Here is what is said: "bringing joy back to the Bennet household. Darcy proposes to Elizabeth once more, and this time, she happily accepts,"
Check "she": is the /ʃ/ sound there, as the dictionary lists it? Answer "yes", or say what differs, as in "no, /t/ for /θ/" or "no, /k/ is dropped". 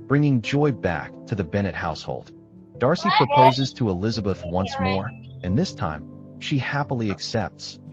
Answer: yes